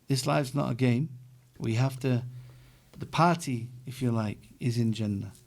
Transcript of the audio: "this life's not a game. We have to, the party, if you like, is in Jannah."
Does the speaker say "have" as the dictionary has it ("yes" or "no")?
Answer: no